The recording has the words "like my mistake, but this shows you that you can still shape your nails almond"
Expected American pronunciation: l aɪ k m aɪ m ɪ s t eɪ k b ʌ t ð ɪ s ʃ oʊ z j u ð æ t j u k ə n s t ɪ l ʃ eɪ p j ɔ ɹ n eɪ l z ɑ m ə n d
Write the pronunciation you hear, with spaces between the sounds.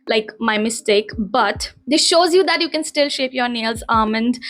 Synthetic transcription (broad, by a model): l aɪ k m aɪ m ɪ s t eɪ k b ʌ t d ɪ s ʃ oʊ z j u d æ t j u k ə n s t ɪ l ʃ eɪ p j ɔ ɹ n eɪ l z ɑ m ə n d